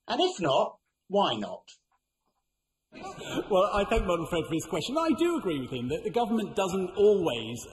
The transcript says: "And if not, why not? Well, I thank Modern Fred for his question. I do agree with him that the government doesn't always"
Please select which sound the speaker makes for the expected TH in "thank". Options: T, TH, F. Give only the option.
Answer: TH